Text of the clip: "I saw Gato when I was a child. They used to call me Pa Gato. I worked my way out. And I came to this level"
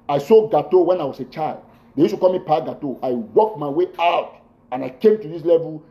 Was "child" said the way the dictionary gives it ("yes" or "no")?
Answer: yes